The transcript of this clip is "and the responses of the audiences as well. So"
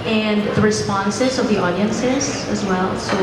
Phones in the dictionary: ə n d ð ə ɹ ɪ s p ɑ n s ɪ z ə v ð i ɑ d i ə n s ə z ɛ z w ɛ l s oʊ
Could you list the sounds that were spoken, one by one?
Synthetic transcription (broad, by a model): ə n ð ə ɹ ɪ s p ɑ n s ɪ z ə v ð i ɑ d i ə n s ə z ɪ z w ɛ l s oʊ